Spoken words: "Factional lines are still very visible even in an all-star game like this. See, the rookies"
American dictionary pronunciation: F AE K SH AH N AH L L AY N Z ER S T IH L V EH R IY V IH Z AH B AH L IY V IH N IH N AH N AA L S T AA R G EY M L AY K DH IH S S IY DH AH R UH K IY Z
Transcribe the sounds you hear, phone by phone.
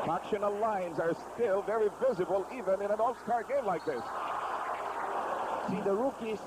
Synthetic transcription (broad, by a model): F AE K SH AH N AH L L AY N Z ER S T IH L V EH R IY V IH Z AH B AH L IY V IH N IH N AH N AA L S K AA R G EY M L AY K DH IH S S IY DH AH R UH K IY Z